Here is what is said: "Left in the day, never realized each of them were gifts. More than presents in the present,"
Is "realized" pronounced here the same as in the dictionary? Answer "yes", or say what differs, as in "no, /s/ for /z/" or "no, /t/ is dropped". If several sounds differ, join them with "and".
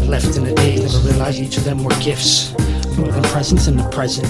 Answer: no, /d/ is dropped